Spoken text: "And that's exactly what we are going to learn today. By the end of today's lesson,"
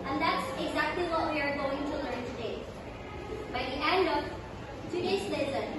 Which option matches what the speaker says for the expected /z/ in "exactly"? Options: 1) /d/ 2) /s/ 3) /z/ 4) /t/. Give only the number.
3